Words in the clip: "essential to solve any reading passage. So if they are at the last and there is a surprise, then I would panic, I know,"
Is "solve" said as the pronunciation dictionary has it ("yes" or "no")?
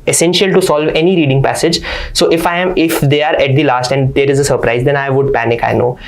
yes